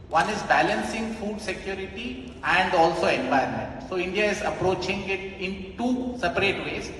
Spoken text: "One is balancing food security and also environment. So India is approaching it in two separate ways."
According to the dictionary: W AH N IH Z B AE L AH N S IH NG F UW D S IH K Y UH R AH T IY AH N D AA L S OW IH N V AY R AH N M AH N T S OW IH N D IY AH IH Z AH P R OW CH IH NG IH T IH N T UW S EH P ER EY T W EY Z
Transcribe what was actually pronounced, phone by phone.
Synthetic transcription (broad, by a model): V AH N IH Z B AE L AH N S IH NG F UW D S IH K Y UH R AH T IY AH N D AA L S OW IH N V AY AH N M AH N T S OW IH N D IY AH IH Z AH P R OW CH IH NG IH T IH N T UW S EH P ER EY T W EY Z